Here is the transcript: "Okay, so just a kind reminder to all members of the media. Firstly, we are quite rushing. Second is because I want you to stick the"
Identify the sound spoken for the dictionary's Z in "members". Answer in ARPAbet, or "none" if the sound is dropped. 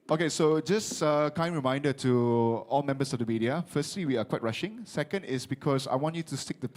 S